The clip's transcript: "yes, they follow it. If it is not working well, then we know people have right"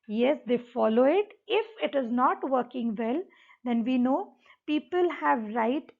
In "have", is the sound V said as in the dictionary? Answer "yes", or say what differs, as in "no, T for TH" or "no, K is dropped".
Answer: yes